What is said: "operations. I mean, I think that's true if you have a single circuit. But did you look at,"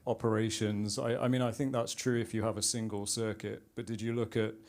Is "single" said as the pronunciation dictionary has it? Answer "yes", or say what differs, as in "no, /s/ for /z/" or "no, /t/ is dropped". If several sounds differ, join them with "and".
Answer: yes